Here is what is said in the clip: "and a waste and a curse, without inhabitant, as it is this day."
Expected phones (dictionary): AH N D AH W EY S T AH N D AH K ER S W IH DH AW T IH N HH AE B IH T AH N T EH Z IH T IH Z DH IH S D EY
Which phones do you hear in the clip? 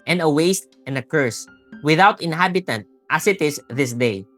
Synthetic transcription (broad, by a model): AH N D AH W EY S T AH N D AH K ER S W IH DH AW T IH N HH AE B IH T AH N T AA S IH T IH S DH IH S D EY